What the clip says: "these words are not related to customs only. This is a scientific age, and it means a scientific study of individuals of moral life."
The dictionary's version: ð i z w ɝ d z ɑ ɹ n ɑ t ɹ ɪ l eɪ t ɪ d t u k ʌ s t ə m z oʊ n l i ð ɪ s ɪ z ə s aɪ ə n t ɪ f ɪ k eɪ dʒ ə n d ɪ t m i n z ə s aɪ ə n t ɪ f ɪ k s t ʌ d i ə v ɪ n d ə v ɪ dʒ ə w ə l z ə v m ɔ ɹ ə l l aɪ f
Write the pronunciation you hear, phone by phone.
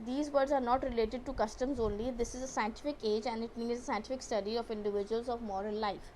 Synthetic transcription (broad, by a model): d i z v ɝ d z ɑ ɹ n ɑ t ɹ ɪ l eɪ t ɪ d t u k ʌ s t ə m z oʊ n l i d ɪ s ɪ z ə s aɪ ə n t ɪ f ɪ k eɪ dʒ ə n d ɪ t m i z ə s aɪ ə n t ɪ f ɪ k s t ʌ d i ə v ɪ n d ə v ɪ dʒ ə ə l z ə v m ɔ ɹ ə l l aɪ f